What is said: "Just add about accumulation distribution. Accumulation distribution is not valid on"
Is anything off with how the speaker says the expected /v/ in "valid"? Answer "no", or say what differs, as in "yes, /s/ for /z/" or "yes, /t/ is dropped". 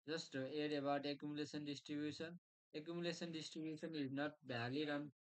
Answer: yes, /b/ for /v/